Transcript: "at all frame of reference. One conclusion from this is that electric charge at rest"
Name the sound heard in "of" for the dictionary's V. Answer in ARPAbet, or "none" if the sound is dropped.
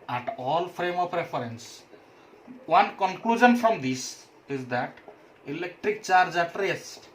P